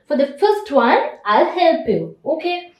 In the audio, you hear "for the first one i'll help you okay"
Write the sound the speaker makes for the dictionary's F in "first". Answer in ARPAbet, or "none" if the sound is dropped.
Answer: F